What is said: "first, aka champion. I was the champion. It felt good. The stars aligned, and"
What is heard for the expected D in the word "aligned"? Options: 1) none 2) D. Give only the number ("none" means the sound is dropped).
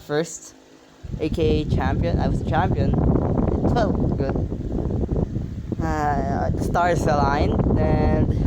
1